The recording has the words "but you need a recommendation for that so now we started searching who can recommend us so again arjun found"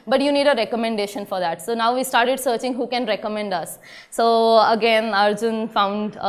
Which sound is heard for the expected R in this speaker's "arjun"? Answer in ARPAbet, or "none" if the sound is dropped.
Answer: R